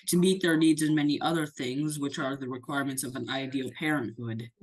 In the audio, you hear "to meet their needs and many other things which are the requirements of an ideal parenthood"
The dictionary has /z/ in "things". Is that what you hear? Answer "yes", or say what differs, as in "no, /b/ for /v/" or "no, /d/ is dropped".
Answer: yes